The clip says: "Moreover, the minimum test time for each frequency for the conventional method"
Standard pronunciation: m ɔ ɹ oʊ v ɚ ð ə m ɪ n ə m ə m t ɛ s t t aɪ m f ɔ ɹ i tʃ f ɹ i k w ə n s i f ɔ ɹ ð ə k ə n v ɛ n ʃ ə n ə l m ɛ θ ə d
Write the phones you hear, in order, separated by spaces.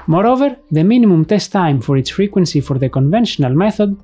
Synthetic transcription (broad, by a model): m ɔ ɹ oʊ v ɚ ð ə m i n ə m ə m t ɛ s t t aɪ m f ɔ ɹ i s f ɹ i k w ə n s i f ɔ ɹ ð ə k ə n v ɛ n ʃ ə n ə l m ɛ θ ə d